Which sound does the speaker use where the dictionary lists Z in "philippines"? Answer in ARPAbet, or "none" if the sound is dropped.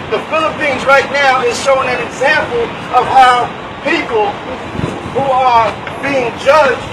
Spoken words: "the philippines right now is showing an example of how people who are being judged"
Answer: Z